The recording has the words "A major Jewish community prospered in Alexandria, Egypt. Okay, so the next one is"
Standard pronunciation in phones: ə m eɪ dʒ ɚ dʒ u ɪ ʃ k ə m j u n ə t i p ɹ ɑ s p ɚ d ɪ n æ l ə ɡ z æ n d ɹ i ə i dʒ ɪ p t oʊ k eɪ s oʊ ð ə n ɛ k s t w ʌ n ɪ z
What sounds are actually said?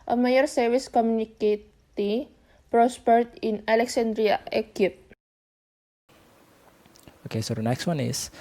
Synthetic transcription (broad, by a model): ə m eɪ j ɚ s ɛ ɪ s k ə m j u n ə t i p ɹ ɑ s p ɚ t ɪ n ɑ l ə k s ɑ n d ɹ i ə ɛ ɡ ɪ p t oʊ k eɪ s oʊ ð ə n ɛ k s t w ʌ n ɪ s